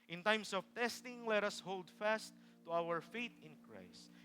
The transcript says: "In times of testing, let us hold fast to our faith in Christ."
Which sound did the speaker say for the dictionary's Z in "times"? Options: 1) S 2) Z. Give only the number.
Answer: 1